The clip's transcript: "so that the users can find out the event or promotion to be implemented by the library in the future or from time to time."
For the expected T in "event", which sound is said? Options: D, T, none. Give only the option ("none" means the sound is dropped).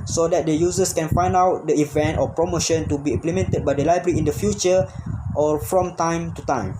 T